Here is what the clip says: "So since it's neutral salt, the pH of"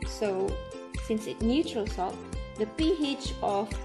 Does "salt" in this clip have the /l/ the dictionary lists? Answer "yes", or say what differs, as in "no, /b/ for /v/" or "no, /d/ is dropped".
no, /l/ is dropped